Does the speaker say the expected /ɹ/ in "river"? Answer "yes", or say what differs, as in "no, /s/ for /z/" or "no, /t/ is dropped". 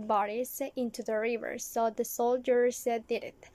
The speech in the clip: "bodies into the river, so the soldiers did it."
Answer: yes